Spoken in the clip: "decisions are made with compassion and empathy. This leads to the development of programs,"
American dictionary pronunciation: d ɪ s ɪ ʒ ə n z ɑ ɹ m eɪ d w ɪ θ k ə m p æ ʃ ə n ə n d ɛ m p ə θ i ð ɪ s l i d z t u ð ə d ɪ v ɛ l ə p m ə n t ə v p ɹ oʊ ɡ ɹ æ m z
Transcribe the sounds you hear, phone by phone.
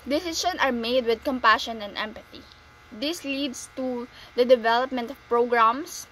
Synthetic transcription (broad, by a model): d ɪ s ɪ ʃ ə n ɑ ɹ m eɪ d w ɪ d k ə m p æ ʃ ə n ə n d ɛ m p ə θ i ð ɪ s l i d s t u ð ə d ɪ v ɛ l ə p m ə n t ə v p ɹ oʊ ɡ ɹ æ m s